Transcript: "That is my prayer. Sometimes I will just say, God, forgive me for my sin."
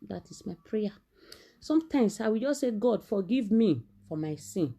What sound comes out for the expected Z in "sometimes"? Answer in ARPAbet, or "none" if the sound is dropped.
S